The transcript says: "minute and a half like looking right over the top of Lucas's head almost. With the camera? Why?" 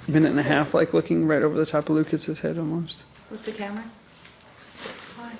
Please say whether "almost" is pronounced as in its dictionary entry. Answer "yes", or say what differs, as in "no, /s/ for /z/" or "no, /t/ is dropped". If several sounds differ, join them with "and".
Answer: yes